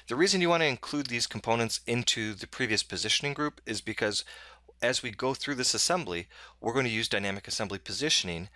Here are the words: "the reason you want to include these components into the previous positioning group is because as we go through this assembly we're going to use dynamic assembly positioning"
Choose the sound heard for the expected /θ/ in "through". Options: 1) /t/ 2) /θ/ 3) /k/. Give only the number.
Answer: 2